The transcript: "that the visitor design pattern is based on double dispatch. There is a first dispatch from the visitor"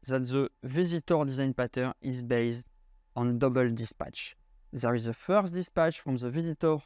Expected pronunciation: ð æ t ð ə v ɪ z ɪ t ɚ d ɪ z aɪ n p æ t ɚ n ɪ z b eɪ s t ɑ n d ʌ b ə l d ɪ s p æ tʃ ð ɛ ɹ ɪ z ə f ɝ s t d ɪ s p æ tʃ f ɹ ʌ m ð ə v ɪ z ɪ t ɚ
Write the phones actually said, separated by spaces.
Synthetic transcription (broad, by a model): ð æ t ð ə v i z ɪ t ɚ d ɪ z aɪ n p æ t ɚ ɪ z b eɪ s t ɑ n d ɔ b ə l d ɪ s p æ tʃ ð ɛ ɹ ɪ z ə f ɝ s t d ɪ s p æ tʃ f ɹ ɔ m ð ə v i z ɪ t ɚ